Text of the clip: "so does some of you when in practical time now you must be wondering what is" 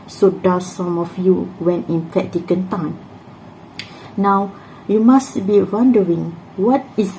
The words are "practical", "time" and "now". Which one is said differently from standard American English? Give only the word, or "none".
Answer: practical